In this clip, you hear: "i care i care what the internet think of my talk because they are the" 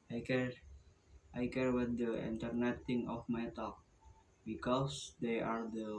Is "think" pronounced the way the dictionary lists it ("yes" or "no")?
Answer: no